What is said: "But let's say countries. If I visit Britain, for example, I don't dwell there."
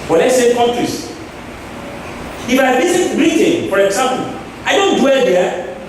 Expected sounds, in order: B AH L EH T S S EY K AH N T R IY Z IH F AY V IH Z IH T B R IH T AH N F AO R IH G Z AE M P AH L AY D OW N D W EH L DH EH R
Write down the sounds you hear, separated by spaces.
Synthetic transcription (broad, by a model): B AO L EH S S EY K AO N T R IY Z IH F AY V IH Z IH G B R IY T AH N F AO R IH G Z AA M P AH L AY D OW N D W EH L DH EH